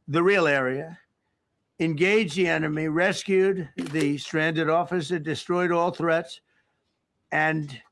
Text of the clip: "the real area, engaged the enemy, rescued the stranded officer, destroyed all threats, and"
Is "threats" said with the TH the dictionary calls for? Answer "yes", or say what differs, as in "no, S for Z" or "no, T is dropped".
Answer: yes